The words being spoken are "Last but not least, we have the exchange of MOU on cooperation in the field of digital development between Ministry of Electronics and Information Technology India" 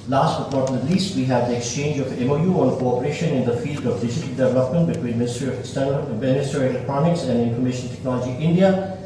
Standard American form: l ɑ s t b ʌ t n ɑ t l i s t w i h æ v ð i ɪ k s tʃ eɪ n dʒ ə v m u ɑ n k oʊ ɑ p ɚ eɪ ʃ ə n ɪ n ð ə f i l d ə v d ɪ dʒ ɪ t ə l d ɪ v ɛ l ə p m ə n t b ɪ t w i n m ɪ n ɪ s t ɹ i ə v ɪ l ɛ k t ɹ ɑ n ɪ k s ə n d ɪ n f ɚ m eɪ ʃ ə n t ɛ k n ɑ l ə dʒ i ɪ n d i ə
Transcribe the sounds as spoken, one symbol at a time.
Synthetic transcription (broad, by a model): l ɑ s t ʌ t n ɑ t l i s t w i h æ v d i ɪ k s tʃ eɪ n dʒ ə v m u ɑ n k oʊ ɑ p ɚ eɪ ʃ ə n ɪ n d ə f i l d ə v d ɪ dʒ ɪ t ə l d ɪ v ɛ l ə p m ə n t b ɪ t w i n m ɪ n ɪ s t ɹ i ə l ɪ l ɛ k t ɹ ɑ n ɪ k s ə n d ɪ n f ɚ m eɪ ʃ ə n t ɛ k n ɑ l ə dʒ i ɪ n d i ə